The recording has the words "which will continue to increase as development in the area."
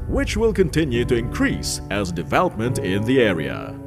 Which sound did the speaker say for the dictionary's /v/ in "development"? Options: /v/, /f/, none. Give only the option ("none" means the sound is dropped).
/v/